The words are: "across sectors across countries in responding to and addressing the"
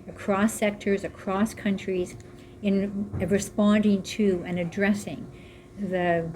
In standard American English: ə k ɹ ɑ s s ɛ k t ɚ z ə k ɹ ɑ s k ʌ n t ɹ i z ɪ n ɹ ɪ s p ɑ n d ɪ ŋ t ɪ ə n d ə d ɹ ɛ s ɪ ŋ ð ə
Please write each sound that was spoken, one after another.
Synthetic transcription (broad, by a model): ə k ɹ ɑ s s ɛ k t ɚ z ə k ɹ ɑ s k ʌ n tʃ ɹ i z ɪ n ɹ ɪ s p ɑ n d ɪ ŋ t ɪ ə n ə d ɹ ɛ s ɪ ŋ ð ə